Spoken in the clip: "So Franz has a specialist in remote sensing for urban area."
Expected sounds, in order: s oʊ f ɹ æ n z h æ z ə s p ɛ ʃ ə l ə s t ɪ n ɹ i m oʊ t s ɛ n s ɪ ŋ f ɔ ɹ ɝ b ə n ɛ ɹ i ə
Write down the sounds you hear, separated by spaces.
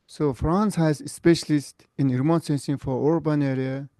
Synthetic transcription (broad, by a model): s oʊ f ɹ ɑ n s h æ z ə s p ɛ ʃ ə l ə s t ɪ n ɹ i m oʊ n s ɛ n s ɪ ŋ f ɔ ɹ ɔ b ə n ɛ ɹ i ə